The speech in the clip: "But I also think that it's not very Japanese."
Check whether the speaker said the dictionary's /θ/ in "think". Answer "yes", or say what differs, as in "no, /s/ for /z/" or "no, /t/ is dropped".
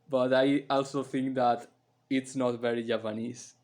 no, /t/ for /θ/